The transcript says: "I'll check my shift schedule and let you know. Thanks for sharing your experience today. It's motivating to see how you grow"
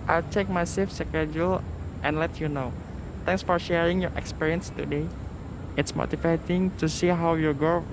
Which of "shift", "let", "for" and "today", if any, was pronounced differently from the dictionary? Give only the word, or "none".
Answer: shift